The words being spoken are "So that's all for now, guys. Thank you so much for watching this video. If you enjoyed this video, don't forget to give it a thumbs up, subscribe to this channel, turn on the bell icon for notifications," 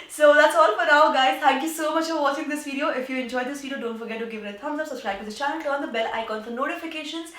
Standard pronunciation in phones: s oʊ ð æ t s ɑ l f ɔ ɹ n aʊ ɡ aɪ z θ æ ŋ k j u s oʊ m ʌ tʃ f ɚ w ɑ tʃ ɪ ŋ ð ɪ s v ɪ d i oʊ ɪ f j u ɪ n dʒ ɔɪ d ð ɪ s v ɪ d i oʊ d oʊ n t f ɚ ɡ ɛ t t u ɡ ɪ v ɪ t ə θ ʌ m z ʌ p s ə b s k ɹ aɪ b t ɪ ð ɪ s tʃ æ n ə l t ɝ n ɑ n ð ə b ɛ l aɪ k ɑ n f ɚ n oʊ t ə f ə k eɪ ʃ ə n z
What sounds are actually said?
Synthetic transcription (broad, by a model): s oʊ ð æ t s ɑ l f ɔ ɹ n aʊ ɡ aɪ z t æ ŋ k j u s oʊ m ʌ tʃ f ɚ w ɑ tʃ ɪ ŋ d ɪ s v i d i oʊ ɪ f j u ɪ n dʒ ɔɪ d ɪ s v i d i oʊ d oʊ n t f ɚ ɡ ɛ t t u ɡ ɪ v ɪ t ə t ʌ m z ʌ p s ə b s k ɹ aɪ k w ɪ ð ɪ tʃ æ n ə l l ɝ ɑ n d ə b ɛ l aɪ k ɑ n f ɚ n oʊ t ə f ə k eɪ ʃ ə n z